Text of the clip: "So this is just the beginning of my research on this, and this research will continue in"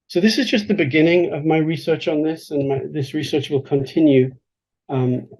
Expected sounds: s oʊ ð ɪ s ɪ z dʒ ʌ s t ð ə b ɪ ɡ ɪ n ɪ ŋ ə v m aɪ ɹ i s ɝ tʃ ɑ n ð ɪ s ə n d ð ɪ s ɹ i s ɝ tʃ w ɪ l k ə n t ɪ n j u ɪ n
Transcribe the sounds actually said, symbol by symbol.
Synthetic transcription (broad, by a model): s oʊ ð ɪ s ɪ z dʒ ʌ s t ð ə b ɪ ɡ ɪ n ɪ ŋ ə v m aɪ ɹ i s ɝ tʃ n ð ɪ s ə n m ð ɪ s ɹ i s ɝ tʃ w ɪ l k ə n t ɪ n j u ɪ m